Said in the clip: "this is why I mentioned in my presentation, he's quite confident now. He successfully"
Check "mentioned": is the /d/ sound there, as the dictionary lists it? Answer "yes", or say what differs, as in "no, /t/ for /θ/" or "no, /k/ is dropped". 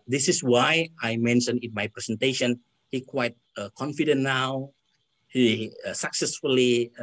no, /d/ is dropped